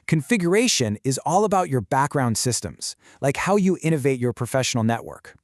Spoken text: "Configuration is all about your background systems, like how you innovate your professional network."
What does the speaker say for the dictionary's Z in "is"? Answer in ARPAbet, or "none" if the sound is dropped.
Z